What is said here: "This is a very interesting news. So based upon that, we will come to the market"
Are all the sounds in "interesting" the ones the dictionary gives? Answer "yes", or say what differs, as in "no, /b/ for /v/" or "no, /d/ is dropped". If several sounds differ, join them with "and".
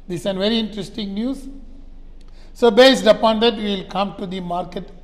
yes